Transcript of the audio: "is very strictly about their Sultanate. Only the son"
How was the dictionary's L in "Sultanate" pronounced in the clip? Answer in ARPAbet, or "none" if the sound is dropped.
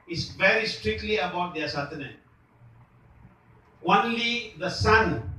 none